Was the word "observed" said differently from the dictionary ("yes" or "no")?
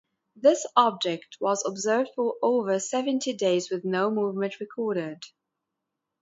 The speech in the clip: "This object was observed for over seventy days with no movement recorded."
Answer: no